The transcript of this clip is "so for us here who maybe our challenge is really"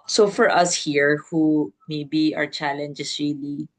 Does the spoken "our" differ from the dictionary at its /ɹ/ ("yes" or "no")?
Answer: no